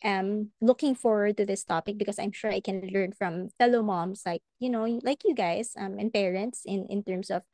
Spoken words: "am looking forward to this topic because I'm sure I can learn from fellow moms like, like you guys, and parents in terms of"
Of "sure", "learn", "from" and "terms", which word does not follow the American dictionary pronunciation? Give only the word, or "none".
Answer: terms